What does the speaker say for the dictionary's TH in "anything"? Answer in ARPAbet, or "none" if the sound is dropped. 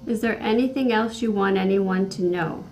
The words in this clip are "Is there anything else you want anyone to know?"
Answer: TH